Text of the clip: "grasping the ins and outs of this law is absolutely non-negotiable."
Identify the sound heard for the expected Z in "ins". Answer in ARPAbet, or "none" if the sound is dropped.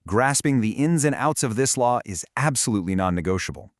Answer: Z